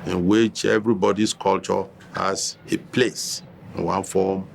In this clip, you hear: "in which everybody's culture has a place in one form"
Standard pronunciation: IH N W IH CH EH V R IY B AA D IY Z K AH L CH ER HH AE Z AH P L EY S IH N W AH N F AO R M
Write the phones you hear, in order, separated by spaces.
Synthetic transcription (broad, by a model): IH N W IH CH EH V R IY B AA D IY S K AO L CH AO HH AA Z AH P L EY S IH N W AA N F AO M